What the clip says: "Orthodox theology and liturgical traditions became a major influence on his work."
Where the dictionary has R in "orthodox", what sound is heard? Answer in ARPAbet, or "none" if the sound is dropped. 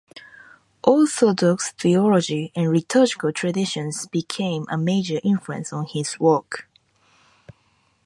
L